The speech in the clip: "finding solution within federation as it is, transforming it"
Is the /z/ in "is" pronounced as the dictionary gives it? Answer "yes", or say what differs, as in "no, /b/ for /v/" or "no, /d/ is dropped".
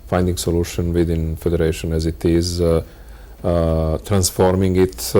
yes